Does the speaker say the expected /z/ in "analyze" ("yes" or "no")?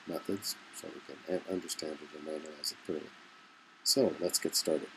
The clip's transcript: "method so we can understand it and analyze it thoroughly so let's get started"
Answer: yes